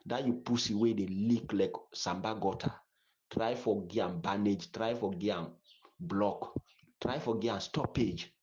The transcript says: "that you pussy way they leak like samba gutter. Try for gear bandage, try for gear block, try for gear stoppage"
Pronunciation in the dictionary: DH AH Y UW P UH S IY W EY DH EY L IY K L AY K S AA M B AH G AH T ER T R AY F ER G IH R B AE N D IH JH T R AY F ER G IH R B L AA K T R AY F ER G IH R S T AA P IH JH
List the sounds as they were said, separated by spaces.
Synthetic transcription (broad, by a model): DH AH Y UW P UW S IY W EY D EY L IY K L AY K S AA M B AH G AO T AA T R AY F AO G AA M B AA N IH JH T R AY F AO G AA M B L AA K T R AY F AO G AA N S T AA P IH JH